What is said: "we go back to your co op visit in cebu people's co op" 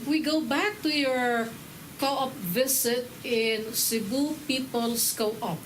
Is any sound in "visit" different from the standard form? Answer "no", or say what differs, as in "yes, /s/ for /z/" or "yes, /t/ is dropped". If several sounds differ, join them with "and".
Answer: yes, /s/ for /z/